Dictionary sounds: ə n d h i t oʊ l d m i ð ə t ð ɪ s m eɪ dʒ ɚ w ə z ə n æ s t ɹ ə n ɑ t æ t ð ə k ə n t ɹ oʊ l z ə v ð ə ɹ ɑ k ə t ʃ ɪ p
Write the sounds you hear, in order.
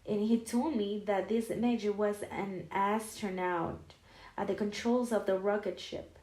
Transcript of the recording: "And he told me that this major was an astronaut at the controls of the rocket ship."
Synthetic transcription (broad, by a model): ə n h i t oʊ l d m i ð ə t ð ɪ s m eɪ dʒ ɚ w ə z ə n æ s t ɹ n ɑ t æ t ð ə k ə n t ɹ oʊ l z ə v ð ə ɹ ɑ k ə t ʃ ɪ p